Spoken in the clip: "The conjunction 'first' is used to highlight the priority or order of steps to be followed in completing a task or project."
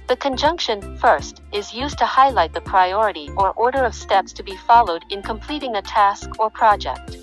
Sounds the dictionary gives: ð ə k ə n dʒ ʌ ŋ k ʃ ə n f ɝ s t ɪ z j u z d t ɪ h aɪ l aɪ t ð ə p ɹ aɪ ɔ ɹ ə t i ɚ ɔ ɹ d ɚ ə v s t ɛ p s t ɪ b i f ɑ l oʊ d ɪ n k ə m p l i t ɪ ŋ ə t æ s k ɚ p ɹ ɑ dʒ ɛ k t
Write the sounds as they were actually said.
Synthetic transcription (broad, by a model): ð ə k ə n dʒ ʌ ŋ k ʃ ə n f ɝ s t ɪ z j u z t ɪ h aɪ l aɪ t ð ə p ɹ aɪ ɔ ɹ ə t i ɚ ɔ ɹ d ɚ ə v s t ɛ p s t ɪ b i f ɑ l oʊ d ɪ n k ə m p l i t ɪ ŋ ə t æ s k ɚ p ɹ ɑ dʒ ɛ k t